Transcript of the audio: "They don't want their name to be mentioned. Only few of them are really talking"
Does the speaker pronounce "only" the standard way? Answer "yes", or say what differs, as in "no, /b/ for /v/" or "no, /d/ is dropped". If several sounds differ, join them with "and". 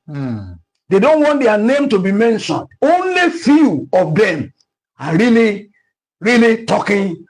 yes